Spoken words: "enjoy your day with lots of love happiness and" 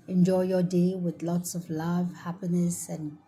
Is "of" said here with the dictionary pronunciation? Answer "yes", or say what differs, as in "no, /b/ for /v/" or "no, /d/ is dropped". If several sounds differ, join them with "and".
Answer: yes